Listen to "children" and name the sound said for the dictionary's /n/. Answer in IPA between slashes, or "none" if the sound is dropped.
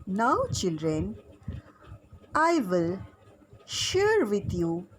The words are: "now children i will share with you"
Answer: /n/